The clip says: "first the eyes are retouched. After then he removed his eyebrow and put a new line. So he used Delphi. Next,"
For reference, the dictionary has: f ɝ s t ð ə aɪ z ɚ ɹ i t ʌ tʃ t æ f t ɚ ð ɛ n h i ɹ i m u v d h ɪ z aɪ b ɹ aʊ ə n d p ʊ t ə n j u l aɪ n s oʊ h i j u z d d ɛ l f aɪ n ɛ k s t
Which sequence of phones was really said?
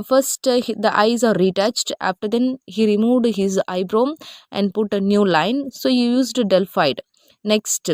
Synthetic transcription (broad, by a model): f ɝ s t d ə aɪ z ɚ ɹ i t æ tʃ t æ f t ɚ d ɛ n h i ɹ i m u v d h ɪ z aɪ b ɹ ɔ ə n d p ʊ t ə n j u l aɪ n s oʊ h i j u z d d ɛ l f aɪ n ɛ k s t